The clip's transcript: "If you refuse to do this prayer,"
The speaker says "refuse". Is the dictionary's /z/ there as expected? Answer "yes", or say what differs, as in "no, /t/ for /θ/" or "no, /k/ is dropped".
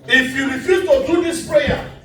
no, /z/ is dropped